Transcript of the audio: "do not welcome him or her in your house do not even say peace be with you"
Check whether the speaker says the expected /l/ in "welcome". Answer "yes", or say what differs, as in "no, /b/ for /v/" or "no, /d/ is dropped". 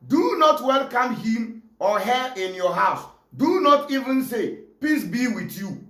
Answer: yes